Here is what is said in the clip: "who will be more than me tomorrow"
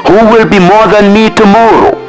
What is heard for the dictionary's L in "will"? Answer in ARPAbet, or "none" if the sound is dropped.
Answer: L